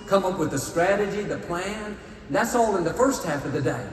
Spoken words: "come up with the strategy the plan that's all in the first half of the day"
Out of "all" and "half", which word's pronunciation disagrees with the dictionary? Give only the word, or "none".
none